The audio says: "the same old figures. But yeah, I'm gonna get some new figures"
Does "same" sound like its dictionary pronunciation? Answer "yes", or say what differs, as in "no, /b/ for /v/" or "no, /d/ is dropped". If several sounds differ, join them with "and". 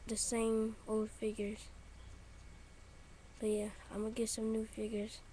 yes